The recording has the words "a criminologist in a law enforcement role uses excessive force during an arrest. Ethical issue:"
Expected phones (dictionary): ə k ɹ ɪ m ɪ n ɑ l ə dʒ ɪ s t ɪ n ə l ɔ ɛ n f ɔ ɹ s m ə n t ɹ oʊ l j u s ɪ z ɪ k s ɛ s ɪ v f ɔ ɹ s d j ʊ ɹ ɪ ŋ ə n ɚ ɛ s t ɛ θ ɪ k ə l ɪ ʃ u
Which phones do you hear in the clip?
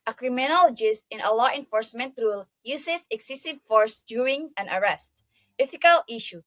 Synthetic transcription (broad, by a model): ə k ɹ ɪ m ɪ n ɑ l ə dʒ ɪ s t ɪ n ə l ɔ ɛ n f ɔ ɹ s m ə n t ɹ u l j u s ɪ s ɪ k s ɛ s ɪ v f ɔ ɹ s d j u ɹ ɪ ŋ ə n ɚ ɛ s t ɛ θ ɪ k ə l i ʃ u